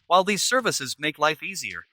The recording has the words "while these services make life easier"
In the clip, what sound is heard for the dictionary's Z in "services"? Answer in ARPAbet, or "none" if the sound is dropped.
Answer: Z